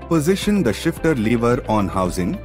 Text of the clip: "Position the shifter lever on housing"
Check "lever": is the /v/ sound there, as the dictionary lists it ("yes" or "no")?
yes